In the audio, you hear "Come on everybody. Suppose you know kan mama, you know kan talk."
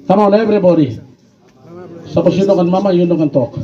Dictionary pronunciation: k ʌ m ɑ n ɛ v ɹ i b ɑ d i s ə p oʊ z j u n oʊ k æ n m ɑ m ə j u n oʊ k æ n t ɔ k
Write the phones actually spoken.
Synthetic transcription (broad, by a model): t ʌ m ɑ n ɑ b ɹ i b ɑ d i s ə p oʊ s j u n oʊ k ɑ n m ɑ m ə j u n oʊ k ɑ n t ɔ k